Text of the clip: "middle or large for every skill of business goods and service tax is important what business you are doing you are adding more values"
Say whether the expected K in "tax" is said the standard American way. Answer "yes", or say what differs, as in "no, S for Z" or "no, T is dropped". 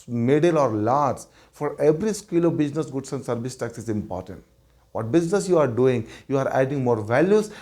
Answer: yes